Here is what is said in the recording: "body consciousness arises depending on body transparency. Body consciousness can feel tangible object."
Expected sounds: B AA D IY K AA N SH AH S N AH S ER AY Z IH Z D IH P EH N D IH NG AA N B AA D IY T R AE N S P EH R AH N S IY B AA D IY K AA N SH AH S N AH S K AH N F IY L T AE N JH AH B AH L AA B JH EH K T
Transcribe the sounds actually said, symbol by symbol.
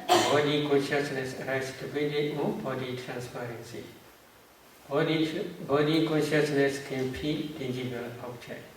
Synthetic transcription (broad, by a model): B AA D IY K AA N SH AH S N AH S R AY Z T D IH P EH D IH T AA N B AA D IY T R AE N S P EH R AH N S IY B AA D IY K AA N SH AH S N AH S K AH N P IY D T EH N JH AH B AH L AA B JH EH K